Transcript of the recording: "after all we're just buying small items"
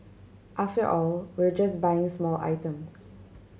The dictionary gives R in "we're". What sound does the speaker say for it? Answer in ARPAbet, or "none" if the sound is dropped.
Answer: R